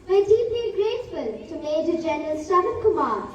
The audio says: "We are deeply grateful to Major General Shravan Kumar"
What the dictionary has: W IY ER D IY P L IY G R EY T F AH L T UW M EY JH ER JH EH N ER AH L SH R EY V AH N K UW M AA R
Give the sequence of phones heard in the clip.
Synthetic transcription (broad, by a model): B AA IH D IY P L IY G R EY S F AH L T UW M EY JH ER JH EH N ER AH L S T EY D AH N K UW M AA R